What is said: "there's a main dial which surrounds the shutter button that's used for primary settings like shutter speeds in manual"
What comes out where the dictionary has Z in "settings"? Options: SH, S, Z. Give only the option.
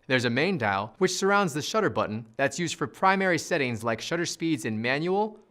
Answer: Z